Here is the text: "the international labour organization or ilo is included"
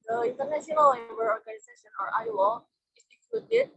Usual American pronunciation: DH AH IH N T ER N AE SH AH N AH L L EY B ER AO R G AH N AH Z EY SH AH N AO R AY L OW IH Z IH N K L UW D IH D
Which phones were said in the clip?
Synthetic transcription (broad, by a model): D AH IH N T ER N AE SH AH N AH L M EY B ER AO R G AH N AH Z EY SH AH N AO R AY W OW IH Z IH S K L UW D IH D